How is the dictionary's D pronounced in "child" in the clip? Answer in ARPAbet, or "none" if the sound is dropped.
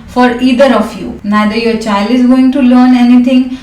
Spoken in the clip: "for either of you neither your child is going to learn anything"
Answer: D